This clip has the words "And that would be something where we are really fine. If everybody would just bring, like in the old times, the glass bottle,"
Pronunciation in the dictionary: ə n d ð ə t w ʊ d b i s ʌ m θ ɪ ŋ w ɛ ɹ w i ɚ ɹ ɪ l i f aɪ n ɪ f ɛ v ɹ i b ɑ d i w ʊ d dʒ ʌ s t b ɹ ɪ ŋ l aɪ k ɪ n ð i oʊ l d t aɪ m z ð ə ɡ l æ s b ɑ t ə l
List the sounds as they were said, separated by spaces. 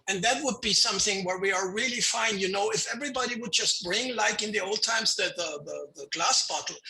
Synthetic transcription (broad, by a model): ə n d ð ə t w ʊ d b i s ʌ m θ ɪ ŋ w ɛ ɹ w i ɚ ɹ ɪ l i f aɪ n ɪ f ɛ v ɹ i b ɑ d i w ʊ d dʒ ʌ s t b ɹ ɪ ŋ l aɪ k ɪ n ð i oʊ l d t aɪ m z ð ə ɡ l æ s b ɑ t l